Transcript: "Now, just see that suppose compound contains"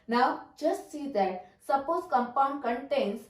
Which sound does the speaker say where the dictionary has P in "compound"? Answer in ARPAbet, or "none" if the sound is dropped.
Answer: P